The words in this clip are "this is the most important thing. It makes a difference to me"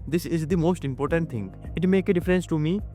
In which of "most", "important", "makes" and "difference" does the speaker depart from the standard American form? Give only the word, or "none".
makes